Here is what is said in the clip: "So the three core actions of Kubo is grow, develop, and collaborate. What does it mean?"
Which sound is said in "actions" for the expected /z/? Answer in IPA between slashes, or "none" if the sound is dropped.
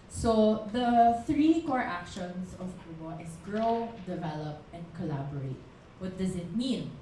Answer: /s/